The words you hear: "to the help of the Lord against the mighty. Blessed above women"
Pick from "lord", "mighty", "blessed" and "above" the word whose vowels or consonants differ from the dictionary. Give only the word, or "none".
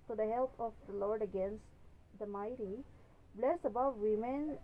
blessed